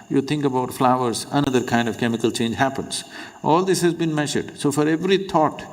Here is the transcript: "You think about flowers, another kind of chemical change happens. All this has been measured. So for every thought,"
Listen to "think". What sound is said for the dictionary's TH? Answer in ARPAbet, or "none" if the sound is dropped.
T